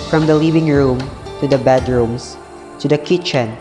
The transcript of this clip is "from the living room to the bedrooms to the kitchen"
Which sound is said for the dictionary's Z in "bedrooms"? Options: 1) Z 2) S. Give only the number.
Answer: 2